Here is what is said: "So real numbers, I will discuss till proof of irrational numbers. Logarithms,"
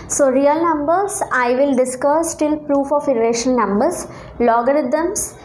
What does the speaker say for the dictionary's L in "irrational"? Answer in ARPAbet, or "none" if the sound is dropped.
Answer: N